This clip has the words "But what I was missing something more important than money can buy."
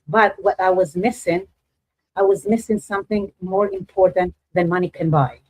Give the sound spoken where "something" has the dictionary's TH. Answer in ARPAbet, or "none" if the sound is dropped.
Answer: TH